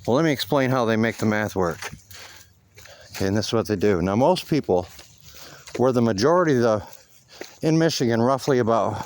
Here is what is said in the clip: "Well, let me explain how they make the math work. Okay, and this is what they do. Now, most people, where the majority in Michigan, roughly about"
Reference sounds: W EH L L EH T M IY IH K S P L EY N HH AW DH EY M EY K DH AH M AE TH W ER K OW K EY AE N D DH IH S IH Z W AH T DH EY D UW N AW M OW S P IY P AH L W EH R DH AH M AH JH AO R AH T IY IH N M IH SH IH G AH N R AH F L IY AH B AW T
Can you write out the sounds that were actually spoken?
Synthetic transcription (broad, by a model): W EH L L EH T M IY IH K S P L EY N HH AW DH EY M EY K DH AH M AE TH W ER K K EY N DH IH S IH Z W AH T DH EY D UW N AW M OW S P IY P L W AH R DH AH M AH JH AO R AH T IY IH N M IH SH IH G AH N R AH F L IY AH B AW T